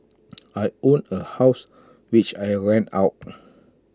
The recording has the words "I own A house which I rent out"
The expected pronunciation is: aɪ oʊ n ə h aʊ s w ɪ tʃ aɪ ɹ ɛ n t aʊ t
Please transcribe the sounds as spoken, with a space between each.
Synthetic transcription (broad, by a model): aɪ oʊ n ə h aʊ s w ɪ tʃ aɪ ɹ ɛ n aʊ t